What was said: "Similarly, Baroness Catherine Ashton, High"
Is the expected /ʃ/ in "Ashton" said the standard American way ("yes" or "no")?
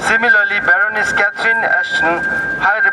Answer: no